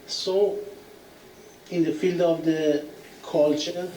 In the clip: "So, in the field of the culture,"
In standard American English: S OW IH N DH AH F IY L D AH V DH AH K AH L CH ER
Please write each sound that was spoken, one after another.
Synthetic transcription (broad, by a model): S OW IH N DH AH F IY L D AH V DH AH K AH L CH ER